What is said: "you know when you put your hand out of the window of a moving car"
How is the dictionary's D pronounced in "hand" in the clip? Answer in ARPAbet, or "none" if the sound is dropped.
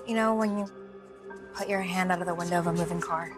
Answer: D